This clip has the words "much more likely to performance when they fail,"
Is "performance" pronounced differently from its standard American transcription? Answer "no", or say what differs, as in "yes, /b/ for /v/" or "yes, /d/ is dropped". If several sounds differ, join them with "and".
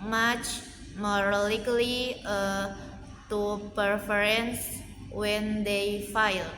yes, /m/ is dropped